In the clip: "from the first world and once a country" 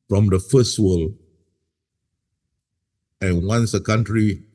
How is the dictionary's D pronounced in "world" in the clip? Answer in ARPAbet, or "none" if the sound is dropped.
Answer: none